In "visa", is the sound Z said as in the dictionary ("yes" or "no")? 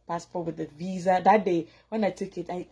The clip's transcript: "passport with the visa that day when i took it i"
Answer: yes